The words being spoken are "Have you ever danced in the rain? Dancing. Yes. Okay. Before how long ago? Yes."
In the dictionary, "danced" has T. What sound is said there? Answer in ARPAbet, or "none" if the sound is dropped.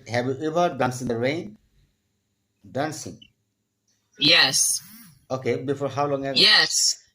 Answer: none